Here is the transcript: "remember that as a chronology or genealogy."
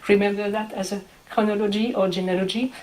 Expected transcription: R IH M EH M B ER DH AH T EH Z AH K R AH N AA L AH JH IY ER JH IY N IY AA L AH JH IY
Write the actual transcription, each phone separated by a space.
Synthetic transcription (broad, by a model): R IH M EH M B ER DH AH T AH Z AH K AH N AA L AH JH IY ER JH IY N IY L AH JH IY